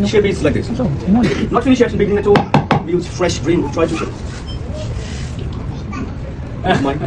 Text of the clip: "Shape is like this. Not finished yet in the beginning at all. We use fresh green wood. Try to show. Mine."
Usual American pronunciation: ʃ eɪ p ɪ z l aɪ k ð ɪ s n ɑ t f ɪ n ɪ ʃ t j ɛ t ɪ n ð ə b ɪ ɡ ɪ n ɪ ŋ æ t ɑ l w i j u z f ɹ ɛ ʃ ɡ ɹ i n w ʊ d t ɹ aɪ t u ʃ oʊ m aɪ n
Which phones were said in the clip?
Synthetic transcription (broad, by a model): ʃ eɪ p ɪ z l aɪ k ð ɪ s n ɑ t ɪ l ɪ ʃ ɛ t ɪ n b ɪ ɡ ɪ n ɪ ŋ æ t ɑ l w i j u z f ɹ ɛ ʃ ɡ ɹ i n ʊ t ɹ aɪ t u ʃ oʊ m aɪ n